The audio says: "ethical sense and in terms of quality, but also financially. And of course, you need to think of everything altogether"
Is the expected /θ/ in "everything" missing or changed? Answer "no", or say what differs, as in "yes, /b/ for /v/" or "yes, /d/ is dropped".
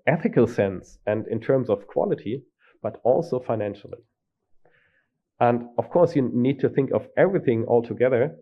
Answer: no